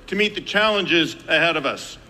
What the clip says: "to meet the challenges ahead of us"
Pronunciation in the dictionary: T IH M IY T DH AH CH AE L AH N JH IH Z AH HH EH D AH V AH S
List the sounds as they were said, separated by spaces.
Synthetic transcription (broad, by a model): T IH M IY T DH AH CH AE L AH N JH IH Z AH HH EH D AH V AH S